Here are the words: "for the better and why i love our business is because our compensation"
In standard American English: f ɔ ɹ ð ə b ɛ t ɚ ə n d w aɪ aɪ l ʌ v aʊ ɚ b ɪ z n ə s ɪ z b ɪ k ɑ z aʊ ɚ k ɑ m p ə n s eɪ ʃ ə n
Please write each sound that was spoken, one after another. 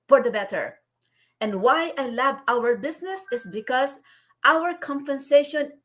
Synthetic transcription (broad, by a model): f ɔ ɹ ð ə b ɛ t ɚ ə n d w aɪ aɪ l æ b aʊ ɚ b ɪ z n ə s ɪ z b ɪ k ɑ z aʊ ɚ k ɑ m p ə n s eɪ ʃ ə n